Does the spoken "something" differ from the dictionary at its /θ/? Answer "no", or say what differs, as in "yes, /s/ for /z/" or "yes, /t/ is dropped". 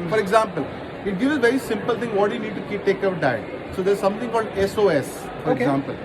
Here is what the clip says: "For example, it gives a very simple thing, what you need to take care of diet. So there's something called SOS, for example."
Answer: yes, /t/ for /θ/